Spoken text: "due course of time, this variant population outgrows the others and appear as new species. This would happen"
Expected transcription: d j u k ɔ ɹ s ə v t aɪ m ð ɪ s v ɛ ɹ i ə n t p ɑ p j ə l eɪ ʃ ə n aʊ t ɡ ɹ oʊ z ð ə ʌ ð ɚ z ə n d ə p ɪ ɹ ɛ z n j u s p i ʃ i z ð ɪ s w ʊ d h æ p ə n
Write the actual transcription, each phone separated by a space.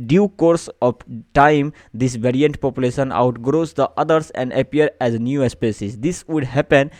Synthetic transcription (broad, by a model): d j u k ɔ ɹ s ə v t aɪ m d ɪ s v ɛ ɹ i ə n t p ɑ p j ə l eɪ ʃ ə n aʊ t ɡ ɹ oʊ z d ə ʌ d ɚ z ə n d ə p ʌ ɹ ɛ z n j u s p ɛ s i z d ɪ s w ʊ d h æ p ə n